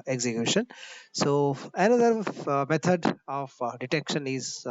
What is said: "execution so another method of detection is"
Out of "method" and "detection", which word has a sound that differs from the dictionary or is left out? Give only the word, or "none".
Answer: method